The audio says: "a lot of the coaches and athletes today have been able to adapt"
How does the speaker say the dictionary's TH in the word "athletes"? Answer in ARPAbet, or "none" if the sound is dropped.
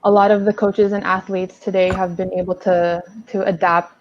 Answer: TH